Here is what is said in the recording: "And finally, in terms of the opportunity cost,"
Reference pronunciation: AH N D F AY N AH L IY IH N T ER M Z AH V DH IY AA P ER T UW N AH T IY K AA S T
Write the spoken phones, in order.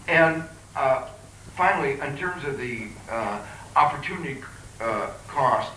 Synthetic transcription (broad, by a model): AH N F AY N L IY IH N T ER M Z AH V DH IY AA P ER T UW N AH T IY K AA S T